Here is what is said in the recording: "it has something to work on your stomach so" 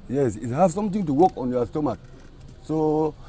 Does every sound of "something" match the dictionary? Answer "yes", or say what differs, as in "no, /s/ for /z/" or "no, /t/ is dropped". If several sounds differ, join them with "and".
no, /t/ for /θ/